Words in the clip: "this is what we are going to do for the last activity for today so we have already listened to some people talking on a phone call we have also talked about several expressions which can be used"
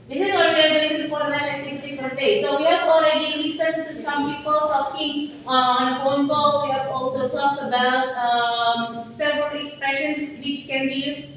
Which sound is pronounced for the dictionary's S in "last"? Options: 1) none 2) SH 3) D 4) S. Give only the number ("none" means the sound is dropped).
1